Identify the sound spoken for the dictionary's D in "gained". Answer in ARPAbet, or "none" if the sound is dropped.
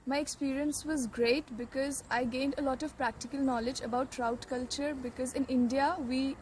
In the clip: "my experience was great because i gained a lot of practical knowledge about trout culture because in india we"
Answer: D